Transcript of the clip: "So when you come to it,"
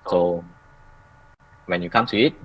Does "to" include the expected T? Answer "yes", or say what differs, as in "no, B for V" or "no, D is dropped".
no, S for T